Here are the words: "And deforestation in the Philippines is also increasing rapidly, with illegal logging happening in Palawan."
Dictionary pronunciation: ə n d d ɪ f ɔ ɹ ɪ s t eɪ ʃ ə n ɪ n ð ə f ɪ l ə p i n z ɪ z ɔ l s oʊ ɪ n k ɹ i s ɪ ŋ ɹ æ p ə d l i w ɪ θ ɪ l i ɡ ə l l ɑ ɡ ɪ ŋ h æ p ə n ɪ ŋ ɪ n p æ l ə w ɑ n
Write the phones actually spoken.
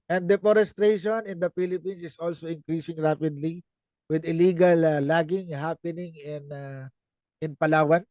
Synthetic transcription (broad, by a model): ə n d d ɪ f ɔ ɹ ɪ s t eɪ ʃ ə n ɪ n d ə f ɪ l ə p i n s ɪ s ɔ l s oʊ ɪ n k ɹ i s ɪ ŋ ɹ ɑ p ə d l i w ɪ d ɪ l i ɡ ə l l ɑ ɡ ɪ ŋ h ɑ p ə n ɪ ŋ ɪ n p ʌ l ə w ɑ n